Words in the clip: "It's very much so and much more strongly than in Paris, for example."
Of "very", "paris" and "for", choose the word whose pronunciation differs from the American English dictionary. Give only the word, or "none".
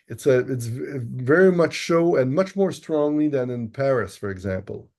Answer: none